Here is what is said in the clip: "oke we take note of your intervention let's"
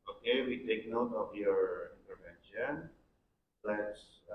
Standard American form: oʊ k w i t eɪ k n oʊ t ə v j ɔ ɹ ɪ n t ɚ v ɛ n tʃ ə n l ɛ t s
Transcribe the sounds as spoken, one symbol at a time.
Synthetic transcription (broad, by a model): oʊ k w i t eɪ k n oʊ t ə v j ɔ ɹ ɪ n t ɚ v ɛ n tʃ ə n l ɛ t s